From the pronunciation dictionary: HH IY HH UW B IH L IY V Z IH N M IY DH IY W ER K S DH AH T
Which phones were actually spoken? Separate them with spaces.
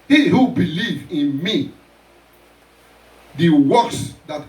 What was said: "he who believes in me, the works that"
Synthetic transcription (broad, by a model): HH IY HH UW B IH L IY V IH N M IY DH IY W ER K S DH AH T